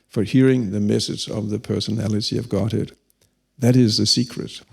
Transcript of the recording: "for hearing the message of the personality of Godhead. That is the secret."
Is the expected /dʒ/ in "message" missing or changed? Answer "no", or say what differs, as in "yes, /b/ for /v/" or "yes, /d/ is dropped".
yes, /z/ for /dʒ/